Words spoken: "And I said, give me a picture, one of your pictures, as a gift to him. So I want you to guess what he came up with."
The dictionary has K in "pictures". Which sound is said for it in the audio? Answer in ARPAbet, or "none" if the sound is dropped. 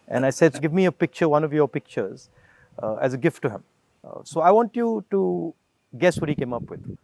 K